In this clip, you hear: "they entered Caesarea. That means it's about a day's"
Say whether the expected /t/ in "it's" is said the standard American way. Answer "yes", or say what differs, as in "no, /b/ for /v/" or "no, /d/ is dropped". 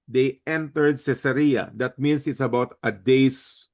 yes